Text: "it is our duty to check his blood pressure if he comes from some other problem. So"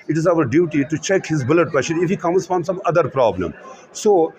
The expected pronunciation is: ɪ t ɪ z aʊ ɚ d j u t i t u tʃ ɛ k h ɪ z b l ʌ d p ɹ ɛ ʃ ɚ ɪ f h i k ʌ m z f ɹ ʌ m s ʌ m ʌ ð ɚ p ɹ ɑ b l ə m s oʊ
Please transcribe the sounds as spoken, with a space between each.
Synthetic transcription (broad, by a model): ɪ t ɪ z aʊ ɚ d j u t i t u tʃ ɛ k h ɪ z b l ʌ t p ɛ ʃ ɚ ɪ f h i k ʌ m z f ɹ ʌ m s ʌ m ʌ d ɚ p ɹ ɑ b l ə m s oʊ